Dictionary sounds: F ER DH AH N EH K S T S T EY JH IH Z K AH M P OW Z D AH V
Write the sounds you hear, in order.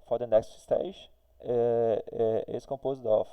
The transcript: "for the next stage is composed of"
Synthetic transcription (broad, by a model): F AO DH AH N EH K S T S T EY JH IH S K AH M P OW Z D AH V